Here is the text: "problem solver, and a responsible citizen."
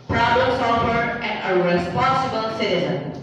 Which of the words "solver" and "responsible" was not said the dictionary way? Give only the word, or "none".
solver